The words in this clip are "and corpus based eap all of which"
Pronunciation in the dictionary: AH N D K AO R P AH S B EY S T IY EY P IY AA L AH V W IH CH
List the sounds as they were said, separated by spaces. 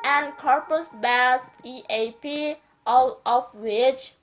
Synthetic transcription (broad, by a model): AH N K AO R P AH S B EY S IY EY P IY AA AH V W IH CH